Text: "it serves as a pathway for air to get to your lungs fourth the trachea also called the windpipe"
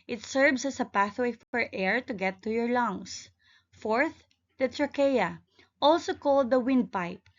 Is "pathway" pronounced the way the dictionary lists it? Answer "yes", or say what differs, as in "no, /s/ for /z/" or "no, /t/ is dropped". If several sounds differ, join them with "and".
yes